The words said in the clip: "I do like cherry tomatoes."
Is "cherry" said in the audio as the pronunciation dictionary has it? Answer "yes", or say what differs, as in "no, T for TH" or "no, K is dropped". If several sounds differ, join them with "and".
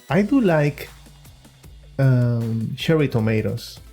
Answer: no, SH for CH